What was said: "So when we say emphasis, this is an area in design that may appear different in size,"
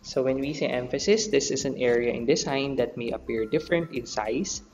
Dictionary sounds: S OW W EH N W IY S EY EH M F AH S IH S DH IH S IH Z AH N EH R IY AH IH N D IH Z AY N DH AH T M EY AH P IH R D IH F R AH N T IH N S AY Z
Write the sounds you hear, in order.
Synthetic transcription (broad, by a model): S OW W EH N W IY S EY EH M F AH S IH S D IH S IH S AH N EH R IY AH IH N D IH S AY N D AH T M EY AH P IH R D IH F R AH N T IH N S AY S